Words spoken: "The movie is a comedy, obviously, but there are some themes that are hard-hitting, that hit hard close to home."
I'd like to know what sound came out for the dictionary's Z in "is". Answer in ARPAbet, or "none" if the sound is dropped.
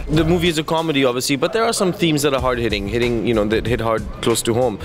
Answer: Z